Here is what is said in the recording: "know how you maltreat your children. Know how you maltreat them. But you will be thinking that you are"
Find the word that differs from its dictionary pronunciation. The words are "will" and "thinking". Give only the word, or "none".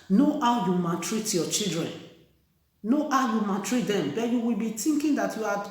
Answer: thinking